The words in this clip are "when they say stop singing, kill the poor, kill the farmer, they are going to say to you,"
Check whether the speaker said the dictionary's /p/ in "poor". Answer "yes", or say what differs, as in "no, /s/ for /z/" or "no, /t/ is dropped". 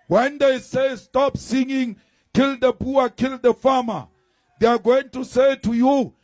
no, /b/ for /p/